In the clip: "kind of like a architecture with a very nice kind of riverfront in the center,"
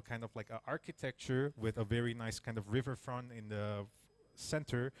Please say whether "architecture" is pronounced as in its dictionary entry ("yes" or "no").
yes